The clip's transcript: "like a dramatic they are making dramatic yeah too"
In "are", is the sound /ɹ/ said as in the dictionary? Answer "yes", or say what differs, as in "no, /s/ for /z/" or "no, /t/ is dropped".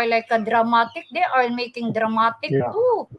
no, /l/ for /ɹ/